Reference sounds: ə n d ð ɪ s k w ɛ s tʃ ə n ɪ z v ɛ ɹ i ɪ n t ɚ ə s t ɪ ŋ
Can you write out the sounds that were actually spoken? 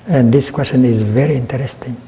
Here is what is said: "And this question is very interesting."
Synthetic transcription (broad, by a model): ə n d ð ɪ s k w ɛ s tʃ ə n ɪ z v ɛ ɹ i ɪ n t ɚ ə s t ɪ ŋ